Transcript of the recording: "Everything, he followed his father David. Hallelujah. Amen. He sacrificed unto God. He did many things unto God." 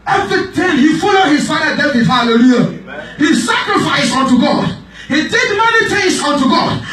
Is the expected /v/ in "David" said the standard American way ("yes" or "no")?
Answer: no